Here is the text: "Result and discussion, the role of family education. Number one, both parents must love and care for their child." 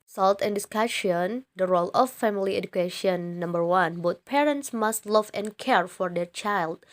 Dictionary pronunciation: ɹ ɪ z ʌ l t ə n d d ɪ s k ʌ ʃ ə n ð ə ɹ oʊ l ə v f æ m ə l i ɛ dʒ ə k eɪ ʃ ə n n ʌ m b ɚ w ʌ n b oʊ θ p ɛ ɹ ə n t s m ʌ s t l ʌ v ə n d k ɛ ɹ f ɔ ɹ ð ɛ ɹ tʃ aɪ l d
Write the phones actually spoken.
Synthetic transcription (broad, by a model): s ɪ l t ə n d d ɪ s k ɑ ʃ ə n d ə ɹ oʊ l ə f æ m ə l i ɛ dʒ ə k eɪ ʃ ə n n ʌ m b ɚ w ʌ n b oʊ t p ɛ ɹ ə n t s m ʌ s t l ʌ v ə n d k ɛ ɹ f ɔ ɹ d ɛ ɹ tʃ aɪ l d